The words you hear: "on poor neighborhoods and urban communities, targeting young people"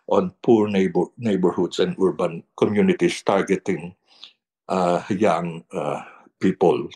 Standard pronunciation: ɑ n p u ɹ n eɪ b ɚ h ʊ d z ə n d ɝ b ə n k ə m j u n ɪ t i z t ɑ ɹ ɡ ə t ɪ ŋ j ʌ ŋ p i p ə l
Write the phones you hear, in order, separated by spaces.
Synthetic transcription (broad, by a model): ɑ n p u ɹ n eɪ b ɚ h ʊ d s ə n d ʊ b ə n k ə m j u n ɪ t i s t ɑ ɹ ɡ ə t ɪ ŋ j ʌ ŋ p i p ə l